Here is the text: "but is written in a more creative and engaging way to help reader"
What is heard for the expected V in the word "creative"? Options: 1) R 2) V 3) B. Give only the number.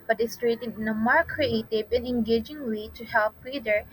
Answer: 3